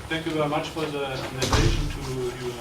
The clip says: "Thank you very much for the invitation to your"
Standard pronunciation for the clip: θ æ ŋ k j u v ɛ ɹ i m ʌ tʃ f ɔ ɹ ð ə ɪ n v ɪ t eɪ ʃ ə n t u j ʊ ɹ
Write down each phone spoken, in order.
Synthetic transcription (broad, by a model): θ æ ŋ k j u v ɛ ɹ i m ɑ tʃ f ɔ ɹ ð ə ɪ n ɪ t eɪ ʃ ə n t u j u